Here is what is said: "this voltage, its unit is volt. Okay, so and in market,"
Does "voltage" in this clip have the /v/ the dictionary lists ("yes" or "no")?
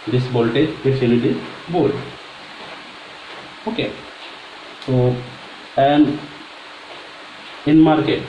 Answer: no